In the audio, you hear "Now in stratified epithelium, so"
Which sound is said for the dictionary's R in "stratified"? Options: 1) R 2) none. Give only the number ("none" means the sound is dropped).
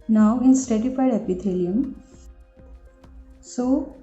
2